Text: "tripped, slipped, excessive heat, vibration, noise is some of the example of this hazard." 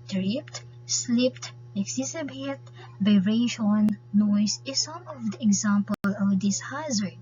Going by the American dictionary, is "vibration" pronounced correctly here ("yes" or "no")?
no